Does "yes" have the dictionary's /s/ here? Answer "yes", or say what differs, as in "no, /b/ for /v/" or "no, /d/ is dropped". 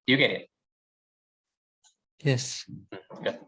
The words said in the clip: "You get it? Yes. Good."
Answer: yes